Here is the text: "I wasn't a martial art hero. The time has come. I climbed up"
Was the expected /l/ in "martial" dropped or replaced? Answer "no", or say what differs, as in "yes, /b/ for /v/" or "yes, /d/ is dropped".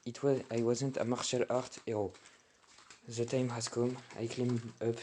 no